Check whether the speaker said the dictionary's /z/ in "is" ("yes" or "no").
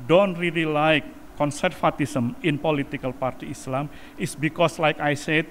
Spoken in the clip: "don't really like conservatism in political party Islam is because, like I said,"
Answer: no